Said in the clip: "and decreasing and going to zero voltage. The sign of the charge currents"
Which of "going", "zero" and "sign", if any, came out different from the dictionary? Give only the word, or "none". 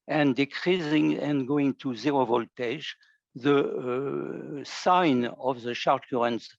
none